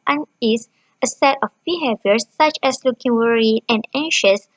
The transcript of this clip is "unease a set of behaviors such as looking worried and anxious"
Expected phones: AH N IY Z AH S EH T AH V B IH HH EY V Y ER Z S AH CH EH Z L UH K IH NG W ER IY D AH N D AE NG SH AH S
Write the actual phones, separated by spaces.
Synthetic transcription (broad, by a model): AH N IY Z AH S EH T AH F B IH HH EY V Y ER S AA CH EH S L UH K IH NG W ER IY AH N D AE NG SH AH S